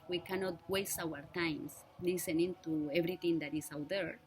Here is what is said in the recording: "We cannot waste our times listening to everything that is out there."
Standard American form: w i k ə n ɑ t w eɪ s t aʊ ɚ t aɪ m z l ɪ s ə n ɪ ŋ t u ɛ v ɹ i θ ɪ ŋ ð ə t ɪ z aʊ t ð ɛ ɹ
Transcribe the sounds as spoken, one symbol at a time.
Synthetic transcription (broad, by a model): w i k ə n ɑ t w eɪ s t aʊ ɚ t aɪ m s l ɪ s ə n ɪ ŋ t u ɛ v ɹ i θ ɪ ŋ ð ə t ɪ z aʊ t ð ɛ ɹ